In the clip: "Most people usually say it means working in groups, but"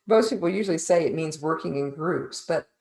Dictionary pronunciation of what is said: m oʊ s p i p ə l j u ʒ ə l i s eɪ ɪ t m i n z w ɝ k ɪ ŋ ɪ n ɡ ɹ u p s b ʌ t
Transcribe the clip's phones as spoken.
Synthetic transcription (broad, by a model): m oʊ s p i p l j u ʒ l i s eɪ ɪ t m i n z w ɝ k ɪ ŋ ɪ n ɡ ɹ u p s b ʌ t